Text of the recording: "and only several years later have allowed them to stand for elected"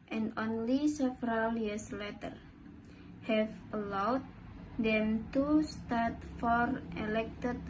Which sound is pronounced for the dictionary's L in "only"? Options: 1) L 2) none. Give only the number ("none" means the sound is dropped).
1